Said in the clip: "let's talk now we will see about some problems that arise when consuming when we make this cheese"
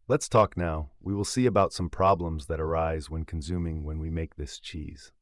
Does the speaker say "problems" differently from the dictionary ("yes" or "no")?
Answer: no